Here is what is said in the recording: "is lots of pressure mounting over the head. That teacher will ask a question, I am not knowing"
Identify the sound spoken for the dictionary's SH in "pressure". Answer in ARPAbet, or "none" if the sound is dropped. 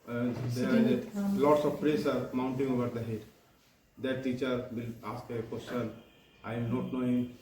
S